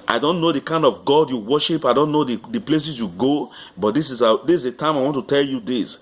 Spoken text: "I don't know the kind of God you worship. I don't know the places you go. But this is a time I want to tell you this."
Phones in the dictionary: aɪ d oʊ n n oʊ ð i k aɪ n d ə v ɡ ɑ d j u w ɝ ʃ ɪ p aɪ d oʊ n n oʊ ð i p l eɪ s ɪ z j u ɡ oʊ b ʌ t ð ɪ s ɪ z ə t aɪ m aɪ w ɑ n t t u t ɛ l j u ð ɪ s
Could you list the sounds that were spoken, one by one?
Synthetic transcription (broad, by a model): aɪ d oʊ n n oʊ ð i k aɪ n d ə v ɡ ɑ d j u w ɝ ʃ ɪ p aɪ d oʊ n n oʊ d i p l eɪ s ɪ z j u ɡ oʊ b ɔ t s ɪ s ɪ s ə t aɪ m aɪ w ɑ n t t u t ɛ l j u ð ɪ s